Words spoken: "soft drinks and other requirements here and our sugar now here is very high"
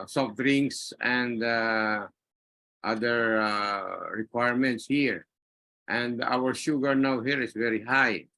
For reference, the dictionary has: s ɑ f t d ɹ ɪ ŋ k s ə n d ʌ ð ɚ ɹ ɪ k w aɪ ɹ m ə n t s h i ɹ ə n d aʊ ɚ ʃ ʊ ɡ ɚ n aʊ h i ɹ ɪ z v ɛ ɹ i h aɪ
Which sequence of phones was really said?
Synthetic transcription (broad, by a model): s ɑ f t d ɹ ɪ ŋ s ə n d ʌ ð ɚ ɹ ɪ k w aɪ ɹ m ə n t s h i ɹ ə n d aʊ ɚ ʃ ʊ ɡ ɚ n aʊ h i ɹ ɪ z v ɛ ɹ i h aɪ